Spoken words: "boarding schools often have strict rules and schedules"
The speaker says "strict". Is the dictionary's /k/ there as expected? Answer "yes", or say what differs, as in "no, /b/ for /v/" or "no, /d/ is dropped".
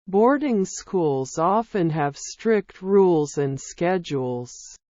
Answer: yes